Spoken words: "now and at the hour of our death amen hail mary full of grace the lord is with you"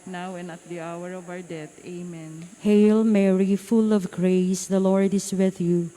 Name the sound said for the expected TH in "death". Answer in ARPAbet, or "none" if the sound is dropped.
T